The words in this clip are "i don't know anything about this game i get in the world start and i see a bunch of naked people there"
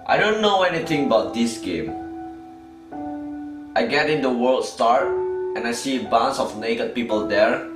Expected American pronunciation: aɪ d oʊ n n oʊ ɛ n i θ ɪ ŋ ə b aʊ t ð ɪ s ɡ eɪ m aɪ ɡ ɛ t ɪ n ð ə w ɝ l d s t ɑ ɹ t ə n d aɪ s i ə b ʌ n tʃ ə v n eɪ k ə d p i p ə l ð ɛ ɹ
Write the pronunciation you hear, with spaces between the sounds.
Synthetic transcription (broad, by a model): aɪ d oʊ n n oʊ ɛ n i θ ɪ ŋ ə b aʊ t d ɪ s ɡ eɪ m aɪ ɡ ɛ t ɪ n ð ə w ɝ l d s t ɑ ɹ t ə n aɪ s i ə b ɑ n s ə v n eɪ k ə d p i p ə l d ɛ ɹ